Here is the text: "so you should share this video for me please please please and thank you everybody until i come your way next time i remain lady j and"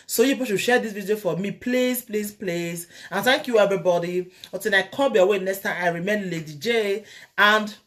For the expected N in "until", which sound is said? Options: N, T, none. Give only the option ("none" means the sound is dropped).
none